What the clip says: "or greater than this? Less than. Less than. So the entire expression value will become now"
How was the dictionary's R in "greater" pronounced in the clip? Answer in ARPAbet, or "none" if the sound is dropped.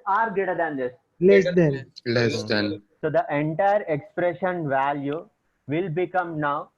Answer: none